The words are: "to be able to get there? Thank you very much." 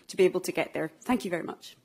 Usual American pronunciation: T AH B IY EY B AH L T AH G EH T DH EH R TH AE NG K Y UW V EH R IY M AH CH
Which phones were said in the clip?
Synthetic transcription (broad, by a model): T AH B IY EY B L T AH G EH T DH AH R TH AE NG K Y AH V EH R IY M AH CH